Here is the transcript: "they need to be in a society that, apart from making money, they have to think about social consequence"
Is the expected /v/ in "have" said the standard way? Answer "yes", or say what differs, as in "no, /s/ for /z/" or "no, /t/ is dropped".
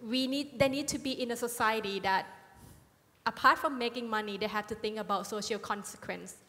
no, /f/ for /v/